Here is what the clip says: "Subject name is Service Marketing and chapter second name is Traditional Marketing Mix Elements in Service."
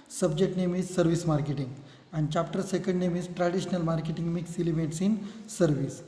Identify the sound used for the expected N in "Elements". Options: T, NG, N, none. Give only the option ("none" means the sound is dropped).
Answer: none